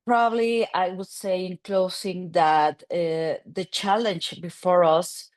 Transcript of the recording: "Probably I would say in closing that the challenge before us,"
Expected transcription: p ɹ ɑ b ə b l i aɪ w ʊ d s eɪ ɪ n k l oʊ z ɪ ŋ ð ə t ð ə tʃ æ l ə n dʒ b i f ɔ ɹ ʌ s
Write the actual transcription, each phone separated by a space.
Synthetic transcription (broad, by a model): p ɹ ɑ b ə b l i aɪ w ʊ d s eɪ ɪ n k l oʊ s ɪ ŋ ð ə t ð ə tʃ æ l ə n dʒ b i f ɔ ɹ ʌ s